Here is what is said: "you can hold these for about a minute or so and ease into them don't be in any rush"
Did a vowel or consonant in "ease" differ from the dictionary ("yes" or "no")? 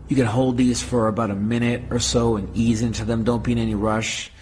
no